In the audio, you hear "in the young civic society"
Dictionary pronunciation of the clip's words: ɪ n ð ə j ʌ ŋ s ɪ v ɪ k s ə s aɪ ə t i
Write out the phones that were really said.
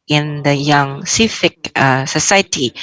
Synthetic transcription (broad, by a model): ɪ n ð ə j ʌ ŋ s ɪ f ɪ k s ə s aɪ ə t i